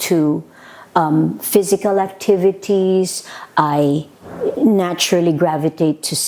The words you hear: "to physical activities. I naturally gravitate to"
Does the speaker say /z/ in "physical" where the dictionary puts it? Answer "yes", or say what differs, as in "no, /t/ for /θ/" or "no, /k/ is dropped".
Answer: yes